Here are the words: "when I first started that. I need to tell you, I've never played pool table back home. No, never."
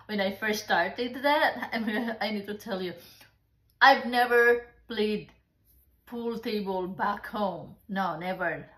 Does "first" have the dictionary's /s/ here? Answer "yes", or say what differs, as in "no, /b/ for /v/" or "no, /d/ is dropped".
yes